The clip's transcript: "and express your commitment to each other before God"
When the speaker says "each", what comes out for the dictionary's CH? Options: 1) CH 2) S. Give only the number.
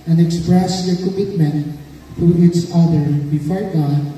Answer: 2